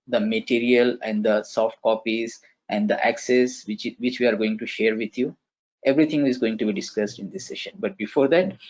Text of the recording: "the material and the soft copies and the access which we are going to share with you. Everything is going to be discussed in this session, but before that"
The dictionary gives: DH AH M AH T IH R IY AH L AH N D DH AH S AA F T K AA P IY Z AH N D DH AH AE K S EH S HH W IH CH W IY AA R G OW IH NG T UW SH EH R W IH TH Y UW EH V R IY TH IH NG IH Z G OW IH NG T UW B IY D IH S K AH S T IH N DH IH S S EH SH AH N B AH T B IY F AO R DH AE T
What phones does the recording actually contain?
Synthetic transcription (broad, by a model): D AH M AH T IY R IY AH L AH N D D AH S AA F T K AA P IY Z AH N D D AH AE K S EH S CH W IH CH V IY AA R G OW IH NG T UW SH EH R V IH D Y UW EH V R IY T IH NG IH Z G OW IH NG T UW B IY D IH S K AH S T IH N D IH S S EH SH AH N B AH T B IY F AO R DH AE T